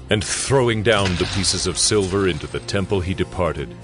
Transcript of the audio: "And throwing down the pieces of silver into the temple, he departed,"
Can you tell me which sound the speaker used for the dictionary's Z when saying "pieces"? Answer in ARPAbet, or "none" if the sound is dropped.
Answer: Z